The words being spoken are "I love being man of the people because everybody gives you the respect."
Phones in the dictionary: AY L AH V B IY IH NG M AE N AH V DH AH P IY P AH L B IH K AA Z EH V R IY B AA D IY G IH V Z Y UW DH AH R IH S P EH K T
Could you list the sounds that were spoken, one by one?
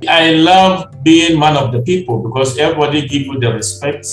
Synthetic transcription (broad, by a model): AY L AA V B IY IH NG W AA N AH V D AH P IY P AH L B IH K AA S EH V R IY B AA D IY G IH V Y UW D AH R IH S P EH K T